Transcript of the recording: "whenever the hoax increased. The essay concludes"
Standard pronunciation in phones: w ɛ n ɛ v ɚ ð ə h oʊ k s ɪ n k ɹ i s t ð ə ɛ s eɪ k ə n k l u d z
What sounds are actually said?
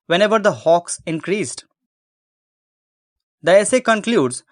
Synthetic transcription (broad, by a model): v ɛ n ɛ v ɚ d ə h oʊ k s ɪ n k ɹ i s t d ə ɛ s eɪ k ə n k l u d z